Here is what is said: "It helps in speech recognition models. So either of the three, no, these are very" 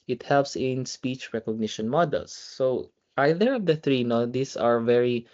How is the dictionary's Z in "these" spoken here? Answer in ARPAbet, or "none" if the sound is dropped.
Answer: S